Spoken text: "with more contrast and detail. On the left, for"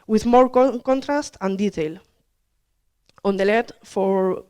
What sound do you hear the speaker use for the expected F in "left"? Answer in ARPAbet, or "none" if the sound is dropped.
none